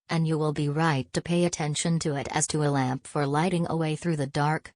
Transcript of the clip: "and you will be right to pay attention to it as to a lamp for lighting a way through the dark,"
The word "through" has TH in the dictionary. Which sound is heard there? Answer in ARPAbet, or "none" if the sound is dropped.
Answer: TH